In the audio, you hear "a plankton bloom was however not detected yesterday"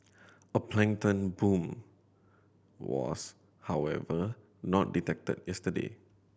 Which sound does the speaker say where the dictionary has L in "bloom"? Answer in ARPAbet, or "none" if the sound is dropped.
none